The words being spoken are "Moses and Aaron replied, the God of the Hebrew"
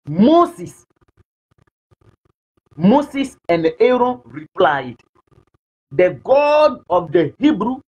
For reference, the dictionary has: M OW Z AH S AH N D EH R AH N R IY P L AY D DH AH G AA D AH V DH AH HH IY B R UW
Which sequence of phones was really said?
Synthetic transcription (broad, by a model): M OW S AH S AH N D EH R AH N R IY P L AY D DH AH G AA D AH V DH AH HH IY B R UW